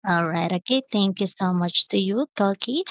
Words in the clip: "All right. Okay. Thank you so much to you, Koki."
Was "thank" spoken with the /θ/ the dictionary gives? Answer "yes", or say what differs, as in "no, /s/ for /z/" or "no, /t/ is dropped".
no, /t/ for /θ/